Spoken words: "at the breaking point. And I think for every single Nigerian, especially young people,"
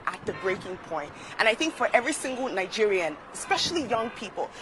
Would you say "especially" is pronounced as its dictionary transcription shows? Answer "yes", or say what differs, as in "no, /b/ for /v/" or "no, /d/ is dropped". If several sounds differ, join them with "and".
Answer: yes